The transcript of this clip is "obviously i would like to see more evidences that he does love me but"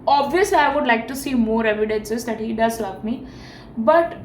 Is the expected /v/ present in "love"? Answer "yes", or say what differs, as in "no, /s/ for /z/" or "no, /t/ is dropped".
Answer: no, /p/ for /v/